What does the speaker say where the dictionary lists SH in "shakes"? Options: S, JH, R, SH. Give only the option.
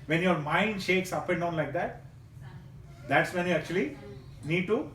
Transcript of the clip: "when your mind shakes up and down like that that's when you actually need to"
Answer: SH